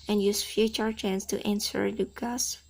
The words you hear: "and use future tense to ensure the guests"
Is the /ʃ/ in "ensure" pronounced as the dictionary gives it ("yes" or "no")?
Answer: no